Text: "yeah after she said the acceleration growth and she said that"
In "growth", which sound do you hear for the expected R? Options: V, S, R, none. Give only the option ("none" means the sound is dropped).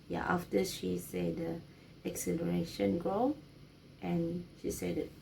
none